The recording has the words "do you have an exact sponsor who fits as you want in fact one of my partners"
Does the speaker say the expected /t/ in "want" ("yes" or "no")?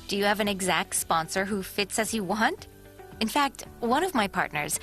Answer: yes